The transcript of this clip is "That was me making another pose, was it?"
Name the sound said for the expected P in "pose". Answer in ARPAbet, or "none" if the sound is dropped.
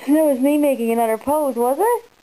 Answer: P